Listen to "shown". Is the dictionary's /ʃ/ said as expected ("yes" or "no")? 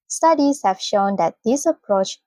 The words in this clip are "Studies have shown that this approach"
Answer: yes